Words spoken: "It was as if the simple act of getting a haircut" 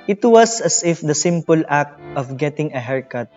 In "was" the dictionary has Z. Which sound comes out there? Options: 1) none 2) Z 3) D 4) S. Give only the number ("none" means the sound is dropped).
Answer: 4